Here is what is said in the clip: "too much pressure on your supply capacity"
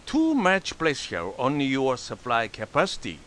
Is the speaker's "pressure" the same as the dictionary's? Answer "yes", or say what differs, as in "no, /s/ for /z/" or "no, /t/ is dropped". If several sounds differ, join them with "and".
no, /l/ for /ɹ/ and /s/ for /ʃ/